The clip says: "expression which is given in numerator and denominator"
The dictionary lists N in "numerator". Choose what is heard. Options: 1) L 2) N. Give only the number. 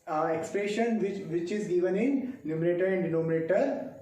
1